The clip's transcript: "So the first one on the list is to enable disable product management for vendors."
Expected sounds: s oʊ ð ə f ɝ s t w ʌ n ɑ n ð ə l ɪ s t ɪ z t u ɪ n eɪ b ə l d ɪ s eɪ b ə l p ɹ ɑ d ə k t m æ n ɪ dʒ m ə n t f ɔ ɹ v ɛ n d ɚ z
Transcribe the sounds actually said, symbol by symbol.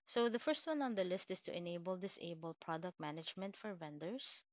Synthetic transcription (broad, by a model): s oʊ ð ə f ɝ s t w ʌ n ɑ n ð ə l ɪ s t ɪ s t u ɪ n eɪ b ə l d ɪ s eɪ b ə l p ɹ ɑ d ə k t m æ n ɪ dʒ m ə n t f ɔ ɹ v ɛ n d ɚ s